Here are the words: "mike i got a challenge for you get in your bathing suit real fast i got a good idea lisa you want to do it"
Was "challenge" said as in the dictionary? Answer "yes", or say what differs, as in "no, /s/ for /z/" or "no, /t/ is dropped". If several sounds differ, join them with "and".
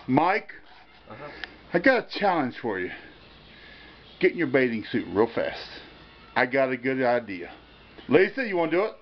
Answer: no, /ʒ/ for /dʒ/